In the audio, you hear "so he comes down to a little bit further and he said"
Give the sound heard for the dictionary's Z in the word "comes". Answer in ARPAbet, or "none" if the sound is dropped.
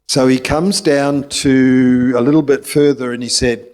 Z